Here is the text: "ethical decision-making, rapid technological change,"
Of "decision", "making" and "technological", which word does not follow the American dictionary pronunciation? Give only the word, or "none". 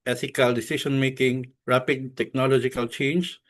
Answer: decision